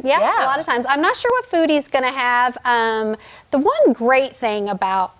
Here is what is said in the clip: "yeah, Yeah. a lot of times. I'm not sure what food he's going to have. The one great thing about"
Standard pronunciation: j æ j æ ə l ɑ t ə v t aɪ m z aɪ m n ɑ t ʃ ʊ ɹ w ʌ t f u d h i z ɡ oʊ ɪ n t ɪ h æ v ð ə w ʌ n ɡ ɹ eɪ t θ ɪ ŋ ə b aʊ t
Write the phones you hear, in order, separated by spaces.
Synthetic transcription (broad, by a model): j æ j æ ə l ɑ t ə v t aɪ m z aɪ m n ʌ t ʃ ʊ ɹ w ʌ t f u d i z ɡ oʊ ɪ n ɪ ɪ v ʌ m ð ə w ʌ n ɡ ɹ eɪ t θ ɪ ŋ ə b aʊ t